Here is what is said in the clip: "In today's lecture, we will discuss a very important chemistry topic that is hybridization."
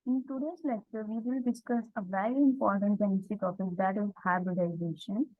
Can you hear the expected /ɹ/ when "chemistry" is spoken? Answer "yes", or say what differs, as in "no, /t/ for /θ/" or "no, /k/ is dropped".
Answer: no, /ɹ/ is dropped